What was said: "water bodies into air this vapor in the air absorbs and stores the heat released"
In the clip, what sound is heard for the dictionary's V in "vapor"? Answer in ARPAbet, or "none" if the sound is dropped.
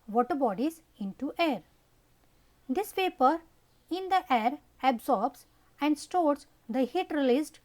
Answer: P